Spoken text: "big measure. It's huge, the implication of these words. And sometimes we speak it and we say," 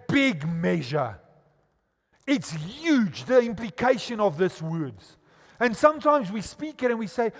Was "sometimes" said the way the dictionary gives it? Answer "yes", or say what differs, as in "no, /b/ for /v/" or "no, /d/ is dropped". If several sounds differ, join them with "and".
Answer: yes